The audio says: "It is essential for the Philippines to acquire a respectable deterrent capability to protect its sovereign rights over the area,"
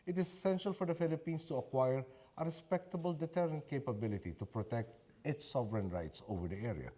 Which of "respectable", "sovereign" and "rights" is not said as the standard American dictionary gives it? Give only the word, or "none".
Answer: none